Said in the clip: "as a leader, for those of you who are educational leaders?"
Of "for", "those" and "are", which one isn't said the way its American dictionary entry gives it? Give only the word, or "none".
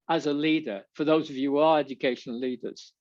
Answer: none